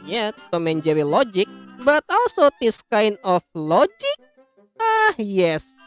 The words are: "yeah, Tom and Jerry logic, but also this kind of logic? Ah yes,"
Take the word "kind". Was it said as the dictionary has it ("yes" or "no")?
no